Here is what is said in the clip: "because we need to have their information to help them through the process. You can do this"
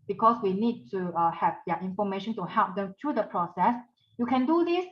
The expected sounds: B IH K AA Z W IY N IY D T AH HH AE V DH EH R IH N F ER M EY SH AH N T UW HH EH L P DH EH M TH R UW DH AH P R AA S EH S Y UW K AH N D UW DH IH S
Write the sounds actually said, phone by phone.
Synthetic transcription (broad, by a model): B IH K AA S W IY N IY D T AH HH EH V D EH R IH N F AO M EY SH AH N T UW HH EH L P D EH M T R UW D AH P R AA S EH S Y UW K AH N D UW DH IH S